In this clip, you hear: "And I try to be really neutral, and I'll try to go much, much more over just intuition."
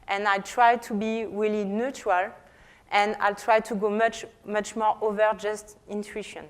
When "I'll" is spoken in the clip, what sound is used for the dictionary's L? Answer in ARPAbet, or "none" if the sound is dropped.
L